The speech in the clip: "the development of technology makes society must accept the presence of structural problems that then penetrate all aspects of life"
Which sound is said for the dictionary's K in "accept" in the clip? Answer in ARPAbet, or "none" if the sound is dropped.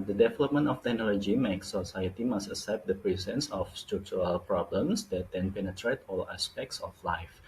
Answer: none